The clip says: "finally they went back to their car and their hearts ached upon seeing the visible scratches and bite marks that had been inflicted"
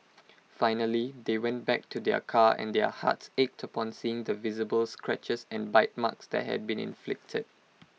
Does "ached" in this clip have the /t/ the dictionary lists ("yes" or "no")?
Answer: yes